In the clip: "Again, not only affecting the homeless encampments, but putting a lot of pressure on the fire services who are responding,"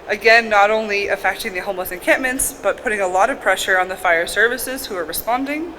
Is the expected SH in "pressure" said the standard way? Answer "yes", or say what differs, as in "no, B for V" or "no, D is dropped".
yes